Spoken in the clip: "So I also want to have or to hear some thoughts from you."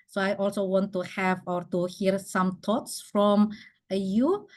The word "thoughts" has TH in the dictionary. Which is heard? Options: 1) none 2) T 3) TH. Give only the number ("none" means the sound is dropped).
2